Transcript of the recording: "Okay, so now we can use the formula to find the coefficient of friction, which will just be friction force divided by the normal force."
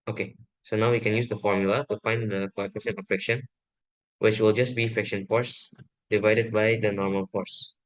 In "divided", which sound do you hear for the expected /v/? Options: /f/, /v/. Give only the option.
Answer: /v/